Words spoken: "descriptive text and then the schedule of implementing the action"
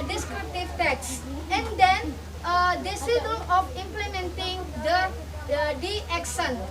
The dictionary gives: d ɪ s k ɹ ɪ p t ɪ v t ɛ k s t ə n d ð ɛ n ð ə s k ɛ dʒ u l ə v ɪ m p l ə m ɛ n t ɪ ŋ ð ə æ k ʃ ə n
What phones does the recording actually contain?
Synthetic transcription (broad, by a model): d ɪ s k ɹ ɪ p t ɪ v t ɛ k s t ə n d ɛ n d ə s i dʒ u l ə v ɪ m p l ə m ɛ n t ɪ ŋ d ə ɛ k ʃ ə n